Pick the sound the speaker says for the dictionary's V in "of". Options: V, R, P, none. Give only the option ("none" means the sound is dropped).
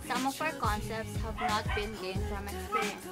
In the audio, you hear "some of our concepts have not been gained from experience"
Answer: P